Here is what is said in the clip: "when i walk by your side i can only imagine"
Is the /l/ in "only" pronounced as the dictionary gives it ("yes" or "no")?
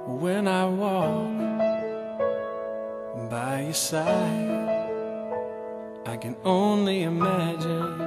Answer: yes